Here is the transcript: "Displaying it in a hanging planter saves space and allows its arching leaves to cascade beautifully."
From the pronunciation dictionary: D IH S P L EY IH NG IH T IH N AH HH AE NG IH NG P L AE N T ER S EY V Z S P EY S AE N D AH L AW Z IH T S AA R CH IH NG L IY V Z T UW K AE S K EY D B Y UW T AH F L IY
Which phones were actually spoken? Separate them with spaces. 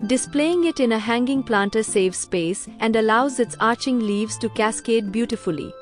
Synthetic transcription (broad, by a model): D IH S P L EY IH NG IH T IH N AH HH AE NG IH NG P L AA N T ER S EY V S P EY S AE N D AH L AW Z IH T S AA R CH IH NG L IY V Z T UW K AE S K EY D B Y UW T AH F L IY